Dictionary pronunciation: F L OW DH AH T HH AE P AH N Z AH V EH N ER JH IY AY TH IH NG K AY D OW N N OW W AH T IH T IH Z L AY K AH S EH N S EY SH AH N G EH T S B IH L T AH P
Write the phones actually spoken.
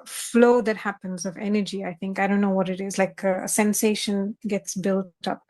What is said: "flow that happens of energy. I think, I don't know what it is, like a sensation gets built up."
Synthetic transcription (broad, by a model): F L OW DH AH T HH AE P AH N Z AH V EH N ER JH IY AY TH IH NG K AY D OW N N OW W AH T IH T IH Z L AY K AH S EH N S EY SH AH N G EH T S B IH L T AH P